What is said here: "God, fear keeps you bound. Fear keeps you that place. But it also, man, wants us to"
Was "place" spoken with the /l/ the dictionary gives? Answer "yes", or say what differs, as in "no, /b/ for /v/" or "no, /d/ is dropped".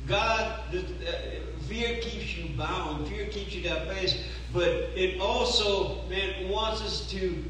no, /l/ is dropped